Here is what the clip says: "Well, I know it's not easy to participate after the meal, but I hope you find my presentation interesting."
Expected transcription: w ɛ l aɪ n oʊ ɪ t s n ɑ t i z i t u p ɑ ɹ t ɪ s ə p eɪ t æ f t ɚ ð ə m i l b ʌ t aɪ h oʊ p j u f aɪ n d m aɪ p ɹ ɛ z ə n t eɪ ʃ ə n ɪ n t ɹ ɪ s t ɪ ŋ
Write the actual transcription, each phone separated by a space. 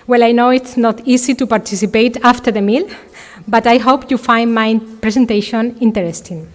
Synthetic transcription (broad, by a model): w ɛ l aɪ n oʊ ɪ t s n ɑ t i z i t u p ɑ ɹ t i s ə p eɪ t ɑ f t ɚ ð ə m i l b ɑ t aɪ h oʊ p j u f aɪ n d m aɪ p ɹ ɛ s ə n t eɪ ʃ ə n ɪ n t ɹ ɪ s t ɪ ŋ